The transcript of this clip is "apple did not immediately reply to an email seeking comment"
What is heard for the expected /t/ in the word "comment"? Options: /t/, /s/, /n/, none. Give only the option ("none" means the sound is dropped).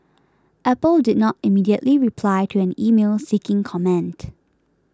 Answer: /t/